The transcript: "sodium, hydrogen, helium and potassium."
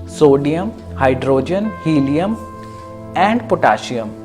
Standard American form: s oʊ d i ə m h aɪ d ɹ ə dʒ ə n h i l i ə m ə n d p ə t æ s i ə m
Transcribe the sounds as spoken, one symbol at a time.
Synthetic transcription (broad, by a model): s oʊ d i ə m h aɪ d ɹ ə dʒ ə n h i l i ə m ə n d p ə t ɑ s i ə m